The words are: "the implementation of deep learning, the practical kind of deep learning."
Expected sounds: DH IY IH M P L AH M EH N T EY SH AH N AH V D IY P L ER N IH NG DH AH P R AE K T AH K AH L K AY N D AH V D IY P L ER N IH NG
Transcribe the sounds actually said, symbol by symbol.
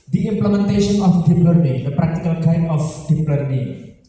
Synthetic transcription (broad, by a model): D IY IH M P L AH M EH N T EY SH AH N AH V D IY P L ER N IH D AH P R AE K T AH K AH L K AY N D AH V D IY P L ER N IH